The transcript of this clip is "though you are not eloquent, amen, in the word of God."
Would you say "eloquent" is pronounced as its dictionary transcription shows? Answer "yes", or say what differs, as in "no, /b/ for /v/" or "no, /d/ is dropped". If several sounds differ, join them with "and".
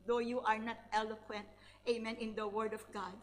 yes